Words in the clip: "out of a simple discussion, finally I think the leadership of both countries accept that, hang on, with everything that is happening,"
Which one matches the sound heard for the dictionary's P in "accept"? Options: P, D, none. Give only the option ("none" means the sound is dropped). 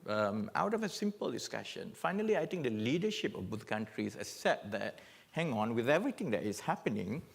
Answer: none